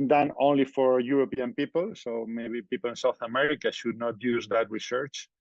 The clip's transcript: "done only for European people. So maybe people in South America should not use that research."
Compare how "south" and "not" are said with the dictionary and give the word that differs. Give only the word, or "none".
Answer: none